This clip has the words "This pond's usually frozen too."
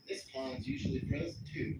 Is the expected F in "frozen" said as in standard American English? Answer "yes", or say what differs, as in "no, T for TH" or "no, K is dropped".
no, P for F